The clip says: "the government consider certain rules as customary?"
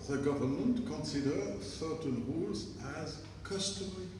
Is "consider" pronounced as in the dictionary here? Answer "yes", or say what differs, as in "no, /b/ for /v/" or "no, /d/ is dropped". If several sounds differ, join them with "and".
yes